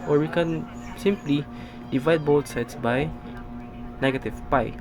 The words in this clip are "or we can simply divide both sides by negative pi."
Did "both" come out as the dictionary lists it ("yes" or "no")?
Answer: no